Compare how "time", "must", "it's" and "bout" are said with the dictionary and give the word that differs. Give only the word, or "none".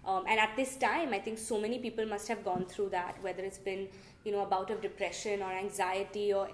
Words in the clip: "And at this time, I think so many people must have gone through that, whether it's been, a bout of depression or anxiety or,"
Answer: none